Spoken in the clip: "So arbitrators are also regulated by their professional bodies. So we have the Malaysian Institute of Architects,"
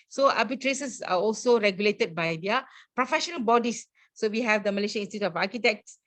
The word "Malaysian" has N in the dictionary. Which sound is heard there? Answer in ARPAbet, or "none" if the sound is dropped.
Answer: none